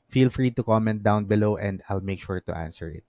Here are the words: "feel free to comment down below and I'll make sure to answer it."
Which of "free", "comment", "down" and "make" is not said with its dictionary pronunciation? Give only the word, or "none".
none